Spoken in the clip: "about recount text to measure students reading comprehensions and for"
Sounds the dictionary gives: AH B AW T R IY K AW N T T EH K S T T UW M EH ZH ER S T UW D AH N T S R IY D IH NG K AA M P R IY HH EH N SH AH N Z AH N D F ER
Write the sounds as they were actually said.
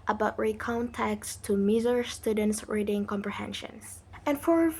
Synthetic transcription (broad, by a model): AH B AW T R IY K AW N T T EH K S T T UW M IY Z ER S T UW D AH N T S R IY D IH NG K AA M P R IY HH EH N SH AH N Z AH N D F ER